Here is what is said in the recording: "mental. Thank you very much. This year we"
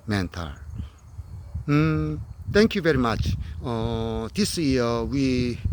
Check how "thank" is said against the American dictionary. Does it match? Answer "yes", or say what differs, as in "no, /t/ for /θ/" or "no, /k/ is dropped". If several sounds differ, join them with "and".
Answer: no, /t/ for /θ/